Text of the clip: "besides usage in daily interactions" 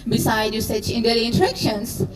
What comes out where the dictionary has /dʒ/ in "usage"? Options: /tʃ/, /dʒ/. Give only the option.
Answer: /tʃ/